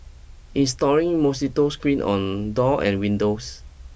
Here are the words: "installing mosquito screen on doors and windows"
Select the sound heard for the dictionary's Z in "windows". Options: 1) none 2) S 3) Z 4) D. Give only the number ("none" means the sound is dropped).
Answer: 2